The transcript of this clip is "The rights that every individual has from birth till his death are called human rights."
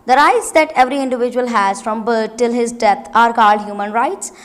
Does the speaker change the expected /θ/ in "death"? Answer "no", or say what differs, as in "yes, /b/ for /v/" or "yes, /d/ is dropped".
yes, /t/ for /θ/